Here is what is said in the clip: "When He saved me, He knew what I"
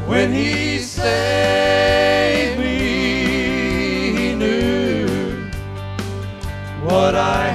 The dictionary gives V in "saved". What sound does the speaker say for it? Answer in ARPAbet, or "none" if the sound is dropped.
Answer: none